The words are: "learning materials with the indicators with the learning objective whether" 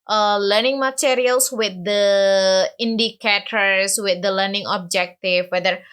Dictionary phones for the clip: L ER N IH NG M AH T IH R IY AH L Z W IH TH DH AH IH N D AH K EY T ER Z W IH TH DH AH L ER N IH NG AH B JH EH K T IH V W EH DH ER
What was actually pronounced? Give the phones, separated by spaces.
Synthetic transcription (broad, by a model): L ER N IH NG M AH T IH R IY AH L S W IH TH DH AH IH N D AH K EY T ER S W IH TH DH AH L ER N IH NG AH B JH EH K T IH F W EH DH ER